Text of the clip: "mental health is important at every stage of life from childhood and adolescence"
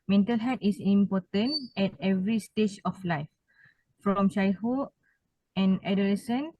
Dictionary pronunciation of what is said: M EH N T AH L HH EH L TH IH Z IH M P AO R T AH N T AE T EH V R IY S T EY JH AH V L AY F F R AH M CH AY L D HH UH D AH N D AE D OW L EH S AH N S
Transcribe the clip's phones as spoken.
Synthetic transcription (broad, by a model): M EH N T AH L HH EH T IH S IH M P AO T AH N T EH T EH V R IY S T EY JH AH F L AY F F R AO M SH AY HH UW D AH N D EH D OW L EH S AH N